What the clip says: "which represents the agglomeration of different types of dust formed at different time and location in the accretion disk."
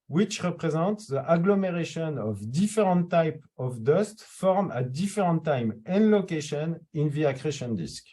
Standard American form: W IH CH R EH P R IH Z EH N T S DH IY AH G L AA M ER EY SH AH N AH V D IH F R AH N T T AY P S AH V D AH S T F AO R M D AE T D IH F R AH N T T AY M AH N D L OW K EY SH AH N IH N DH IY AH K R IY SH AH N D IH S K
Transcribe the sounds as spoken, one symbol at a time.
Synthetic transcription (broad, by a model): W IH CH R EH P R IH Z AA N T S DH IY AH G L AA M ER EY SH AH N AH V D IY F R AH N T T AY P AH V D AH S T F AO R M AE D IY F R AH N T T AY M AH N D L OW K EY SH AH N IH N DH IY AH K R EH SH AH N D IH S K